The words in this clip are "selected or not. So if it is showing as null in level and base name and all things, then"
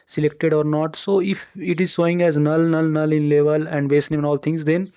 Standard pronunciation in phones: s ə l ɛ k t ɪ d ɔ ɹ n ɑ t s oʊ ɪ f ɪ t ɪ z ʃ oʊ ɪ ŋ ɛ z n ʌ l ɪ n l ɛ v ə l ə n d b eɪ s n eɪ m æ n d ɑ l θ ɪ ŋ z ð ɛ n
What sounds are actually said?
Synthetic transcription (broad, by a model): s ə l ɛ k t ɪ d ɔ ɹ n ɑ t s oʊ ɪ f ɪ t ɪ z s oʊ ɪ ŋ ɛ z n ʌ l ɪ n l ɛ v ə l ə n d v eɪ s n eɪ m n ɑ l t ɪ ŋ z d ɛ n